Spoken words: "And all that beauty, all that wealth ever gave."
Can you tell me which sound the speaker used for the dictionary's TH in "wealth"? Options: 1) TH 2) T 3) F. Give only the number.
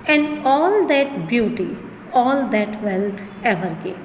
2